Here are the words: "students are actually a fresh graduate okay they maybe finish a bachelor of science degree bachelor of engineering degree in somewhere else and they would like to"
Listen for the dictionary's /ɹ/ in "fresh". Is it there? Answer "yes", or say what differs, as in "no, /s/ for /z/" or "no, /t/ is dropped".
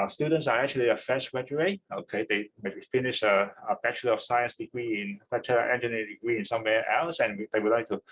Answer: no, /ɹ/ is dropped